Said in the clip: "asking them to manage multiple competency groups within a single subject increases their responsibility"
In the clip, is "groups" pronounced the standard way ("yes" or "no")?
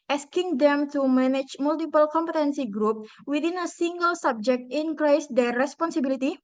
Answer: no